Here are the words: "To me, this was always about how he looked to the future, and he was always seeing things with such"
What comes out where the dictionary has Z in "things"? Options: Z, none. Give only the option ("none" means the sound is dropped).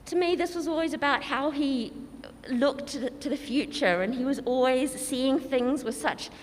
Z